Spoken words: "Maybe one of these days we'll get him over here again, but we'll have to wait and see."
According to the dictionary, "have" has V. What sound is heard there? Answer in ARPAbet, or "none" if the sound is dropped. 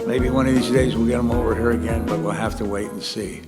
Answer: F